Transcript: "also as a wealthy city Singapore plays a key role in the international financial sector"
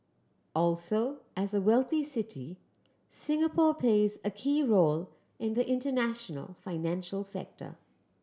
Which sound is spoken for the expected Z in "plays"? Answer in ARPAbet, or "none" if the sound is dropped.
Z